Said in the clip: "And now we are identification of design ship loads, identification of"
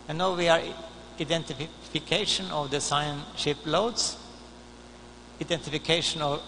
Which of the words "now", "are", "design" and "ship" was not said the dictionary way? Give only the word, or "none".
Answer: design